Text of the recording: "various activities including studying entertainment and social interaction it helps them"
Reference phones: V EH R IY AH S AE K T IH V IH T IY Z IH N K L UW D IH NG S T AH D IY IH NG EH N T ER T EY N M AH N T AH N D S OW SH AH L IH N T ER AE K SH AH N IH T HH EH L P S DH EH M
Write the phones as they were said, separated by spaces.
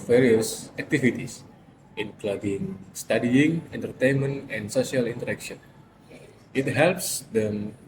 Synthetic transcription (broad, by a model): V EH R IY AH S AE K T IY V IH T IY S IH N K L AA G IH NG S T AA D IY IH NG EH N T ER T EY N M AH N T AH N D S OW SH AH L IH N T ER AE K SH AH N IH T HH EH L P S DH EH M